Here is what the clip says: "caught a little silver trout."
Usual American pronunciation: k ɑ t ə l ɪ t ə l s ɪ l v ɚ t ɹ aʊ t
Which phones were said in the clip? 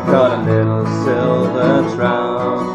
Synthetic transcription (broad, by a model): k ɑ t ə n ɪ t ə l s ɪ l v ɚ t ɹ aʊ